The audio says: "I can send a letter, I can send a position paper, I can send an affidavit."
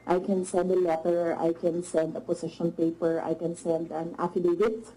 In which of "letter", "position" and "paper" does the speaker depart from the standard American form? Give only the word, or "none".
position